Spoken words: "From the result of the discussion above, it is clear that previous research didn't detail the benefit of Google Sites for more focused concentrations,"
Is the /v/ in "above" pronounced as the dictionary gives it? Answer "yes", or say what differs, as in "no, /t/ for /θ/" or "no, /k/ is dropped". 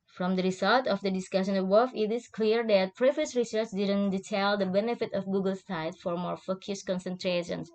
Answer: no, /f/ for /v/